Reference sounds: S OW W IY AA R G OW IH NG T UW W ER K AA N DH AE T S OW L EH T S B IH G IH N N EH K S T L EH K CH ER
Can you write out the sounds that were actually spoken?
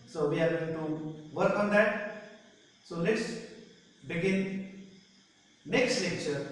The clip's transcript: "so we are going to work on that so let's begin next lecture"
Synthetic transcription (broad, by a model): S OW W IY AA R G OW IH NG T UW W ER K AA N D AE T S OW N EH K S B IH G IH N N EH K S T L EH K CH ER